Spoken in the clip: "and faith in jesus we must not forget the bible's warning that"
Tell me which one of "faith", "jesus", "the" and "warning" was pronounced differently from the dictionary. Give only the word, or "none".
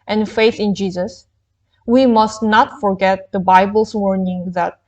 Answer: none